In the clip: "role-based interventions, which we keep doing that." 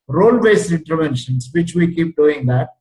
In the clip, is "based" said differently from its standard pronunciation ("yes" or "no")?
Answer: yes